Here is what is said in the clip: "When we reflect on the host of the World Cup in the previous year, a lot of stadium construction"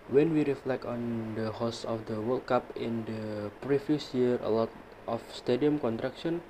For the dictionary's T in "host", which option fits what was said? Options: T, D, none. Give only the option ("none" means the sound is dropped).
none